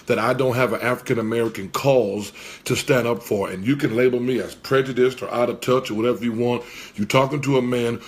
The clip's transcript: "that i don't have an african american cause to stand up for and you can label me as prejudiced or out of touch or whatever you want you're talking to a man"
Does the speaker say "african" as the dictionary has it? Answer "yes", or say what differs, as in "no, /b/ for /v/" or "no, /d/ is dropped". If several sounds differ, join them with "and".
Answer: yes